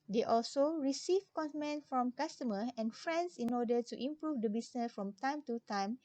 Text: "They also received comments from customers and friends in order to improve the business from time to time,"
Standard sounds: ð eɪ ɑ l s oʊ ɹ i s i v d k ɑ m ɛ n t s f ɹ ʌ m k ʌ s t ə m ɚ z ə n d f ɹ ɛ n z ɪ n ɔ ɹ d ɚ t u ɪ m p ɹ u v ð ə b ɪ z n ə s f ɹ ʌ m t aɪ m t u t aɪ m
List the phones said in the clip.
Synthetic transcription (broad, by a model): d eɪ ɑ l s oʊ ɹ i s i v k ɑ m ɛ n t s f ɹ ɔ m k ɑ s t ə m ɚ ə n f ɹ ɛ n s ɪ n ɔ d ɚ t u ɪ m p ɹ u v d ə b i s n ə s f ɹ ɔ m t aɪ m t u t aɪ m